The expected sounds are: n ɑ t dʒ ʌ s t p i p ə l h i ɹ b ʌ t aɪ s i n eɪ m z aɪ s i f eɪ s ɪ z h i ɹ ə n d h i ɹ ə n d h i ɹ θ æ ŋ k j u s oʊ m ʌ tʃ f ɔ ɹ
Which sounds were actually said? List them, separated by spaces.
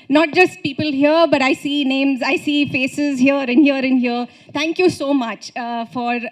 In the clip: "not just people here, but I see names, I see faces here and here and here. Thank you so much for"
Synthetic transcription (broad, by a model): n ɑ t dʒ ʌ s t p i p ə l h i ɹ b ʌ t aɪ s i n eɪ m z aɪ s i f eɪ s ɪ z h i ɹ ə n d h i ɹ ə n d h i ɹ t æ ŋ k j u s oʊ m ʌ tʃ f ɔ ɹ